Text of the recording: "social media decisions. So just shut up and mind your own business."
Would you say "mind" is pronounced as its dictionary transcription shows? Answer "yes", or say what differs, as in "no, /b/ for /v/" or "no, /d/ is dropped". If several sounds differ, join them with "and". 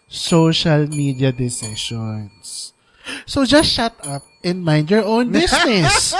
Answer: yes